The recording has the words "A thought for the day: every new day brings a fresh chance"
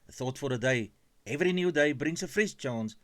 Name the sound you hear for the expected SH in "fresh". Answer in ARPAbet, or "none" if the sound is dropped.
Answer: S